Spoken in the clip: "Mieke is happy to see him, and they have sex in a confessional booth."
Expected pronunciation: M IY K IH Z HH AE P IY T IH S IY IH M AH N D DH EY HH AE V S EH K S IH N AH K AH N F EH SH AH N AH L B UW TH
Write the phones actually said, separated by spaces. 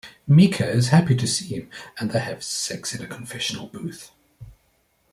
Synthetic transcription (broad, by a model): M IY K IH Z HH AE P IY T IH S IY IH M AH N DH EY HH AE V S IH K S IH N AH K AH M F EH SH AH N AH L B UW TH